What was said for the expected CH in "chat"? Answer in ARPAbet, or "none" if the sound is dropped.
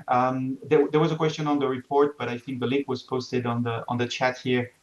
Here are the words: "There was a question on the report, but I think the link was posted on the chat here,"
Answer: CH